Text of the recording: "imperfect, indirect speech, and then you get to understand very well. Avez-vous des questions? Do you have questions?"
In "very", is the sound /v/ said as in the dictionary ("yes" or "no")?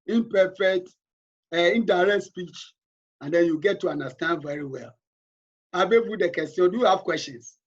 yes